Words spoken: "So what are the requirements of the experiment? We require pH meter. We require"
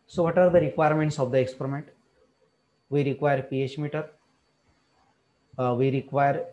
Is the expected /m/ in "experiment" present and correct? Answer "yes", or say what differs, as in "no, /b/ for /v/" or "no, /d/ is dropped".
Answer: yes